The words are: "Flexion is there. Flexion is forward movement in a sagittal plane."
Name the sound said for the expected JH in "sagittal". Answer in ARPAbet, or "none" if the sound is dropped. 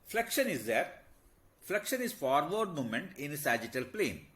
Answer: JH